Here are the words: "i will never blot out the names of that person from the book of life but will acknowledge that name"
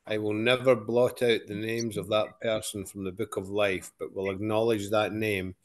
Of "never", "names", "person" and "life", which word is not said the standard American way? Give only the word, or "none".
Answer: none